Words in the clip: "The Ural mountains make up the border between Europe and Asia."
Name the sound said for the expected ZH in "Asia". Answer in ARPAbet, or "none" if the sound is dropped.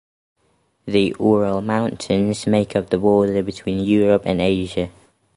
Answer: ZH